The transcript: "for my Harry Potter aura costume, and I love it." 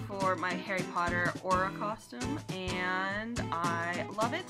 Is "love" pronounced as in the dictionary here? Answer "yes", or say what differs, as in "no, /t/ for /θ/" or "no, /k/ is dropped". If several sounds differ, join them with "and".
yes